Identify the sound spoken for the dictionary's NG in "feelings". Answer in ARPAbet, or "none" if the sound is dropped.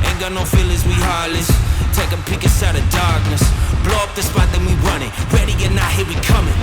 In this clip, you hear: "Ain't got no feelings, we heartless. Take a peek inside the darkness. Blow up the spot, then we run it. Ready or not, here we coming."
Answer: none